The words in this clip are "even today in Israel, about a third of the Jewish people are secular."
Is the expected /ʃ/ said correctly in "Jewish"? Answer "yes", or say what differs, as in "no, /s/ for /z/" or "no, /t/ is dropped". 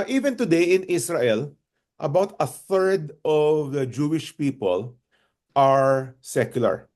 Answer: yes